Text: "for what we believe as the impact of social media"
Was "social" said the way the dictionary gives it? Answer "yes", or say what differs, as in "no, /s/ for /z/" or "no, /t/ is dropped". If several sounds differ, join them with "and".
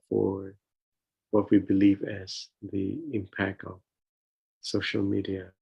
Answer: yes